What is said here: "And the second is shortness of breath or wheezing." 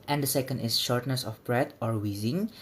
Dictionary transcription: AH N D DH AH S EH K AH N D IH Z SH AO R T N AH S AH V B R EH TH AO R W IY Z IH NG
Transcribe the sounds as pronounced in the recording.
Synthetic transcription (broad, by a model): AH N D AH S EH K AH N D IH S SH AO R T N AH S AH F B R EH T AO R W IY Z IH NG